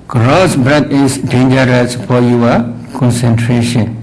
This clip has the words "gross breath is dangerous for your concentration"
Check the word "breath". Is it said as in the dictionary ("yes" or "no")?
no